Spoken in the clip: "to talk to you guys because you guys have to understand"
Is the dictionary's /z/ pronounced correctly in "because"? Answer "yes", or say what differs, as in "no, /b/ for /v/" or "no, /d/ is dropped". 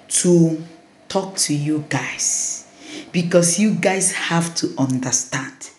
no, /s/ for /z/